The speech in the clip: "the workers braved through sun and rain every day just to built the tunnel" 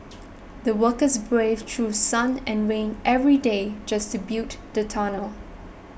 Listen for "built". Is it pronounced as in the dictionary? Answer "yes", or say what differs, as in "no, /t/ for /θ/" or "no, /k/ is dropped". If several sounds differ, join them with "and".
no, /l/ is dropped